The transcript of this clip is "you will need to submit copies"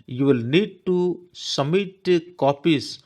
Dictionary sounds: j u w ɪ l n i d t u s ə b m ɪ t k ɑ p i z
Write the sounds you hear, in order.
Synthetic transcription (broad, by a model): j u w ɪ l n i d t u s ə m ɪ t k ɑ p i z